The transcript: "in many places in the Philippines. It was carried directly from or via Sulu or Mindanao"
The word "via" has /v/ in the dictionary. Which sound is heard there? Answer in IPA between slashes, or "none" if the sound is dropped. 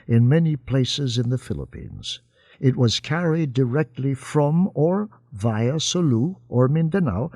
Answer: /v/